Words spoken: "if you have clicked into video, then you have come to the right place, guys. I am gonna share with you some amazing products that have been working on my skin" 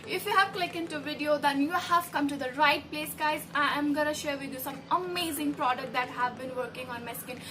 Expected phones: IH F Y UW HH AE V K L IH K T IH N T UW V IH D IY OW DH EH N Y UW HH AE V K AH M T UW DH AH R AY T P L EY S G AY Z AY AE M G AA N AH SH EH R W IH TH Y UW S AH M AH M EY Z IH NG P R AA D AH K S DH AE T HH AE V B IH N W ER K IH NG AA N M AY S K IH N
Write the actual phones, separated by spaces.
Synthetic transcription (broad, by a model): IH F Y UW HH AE V K L IH K IH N T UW V IH D IY OW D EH N Y UW HH AE V K AH M T UW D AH R AY T P L EY S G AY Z AY M G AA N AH SH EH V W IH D Y UW S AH M AH M EY Z IH NG P R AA D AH K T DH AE T HH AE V B IH N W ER K IH NG AA N M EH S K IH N